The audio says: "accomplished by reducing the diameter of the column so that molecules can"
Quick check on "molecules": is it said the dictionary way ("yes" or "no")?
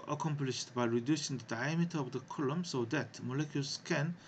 no